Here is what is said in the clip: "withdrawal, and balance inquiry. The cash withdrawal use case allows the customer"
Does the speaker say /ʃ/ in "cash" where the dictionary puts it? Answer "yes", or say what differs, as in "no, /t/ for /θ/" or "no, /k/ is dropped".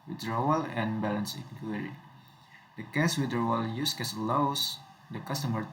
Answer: no, /s/ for /ʃ/